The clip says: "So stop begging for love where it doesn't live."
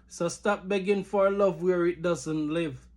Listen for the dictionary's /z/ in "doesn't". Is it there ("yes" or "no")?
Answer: yes